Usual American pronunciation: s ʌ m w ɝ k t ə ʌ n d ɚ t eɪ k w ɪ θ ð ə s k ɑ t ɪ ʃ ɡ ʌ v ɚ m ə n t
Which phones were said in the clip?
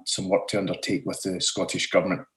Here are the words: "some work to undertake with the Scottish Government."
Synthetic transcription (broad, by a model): s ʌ m w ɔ t ə ʌ n d ɚ t eɪ k w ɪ ð ə s k ɑ t ɪ ʃ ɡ ʌ v ɚ m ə n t